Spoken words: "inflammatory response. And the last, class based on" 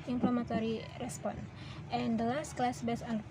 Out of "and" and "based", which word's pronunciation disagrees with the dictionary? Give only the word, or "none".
based